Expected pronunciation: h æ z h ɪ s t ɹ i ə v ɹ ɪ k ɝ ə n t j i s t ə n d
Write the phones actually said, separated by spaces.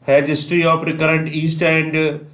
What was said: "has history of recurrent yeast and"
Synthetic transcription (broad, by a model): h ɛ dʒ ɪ s t ɹ i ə p ɹ ɪ k ɝ ə n t i s t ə n d